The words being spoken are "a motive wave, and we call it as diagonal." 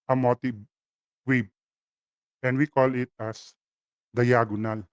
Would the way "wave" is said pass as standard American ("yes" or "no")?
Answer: no